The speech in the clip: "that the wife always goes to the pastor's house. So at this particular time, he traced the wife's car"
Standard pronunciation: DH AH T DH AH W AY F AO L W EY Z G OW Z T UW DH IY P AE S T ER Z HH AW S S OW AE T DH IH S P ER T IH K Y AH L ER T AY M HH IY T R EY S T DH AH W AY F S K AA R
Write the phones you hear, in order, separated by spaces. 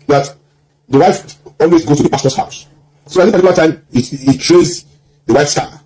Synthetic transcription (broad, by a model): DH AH T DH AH W AY F AO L W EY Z G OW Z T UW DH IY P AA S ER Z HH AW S S OW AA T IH P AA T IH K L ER T AY M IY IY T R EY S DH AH W AY F S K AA